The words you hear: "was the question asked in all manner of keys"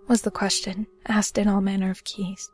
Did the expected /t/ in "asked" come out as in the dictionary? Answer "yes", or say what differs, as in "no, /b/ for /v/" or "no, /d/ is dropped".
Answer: yes